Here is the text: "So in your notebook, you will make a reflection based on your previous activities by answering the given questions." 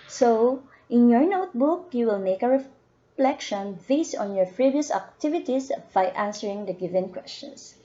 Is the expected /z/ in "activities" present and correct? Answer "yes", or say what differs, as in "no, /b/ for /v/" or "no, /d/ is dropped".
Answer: no, /s/ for /z/